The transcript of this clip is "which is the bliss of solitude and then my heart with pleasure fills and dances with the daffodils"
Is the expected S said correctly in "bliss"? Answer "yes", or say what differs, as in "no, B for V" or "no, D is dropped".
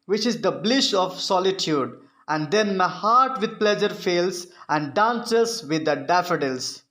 no, SH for S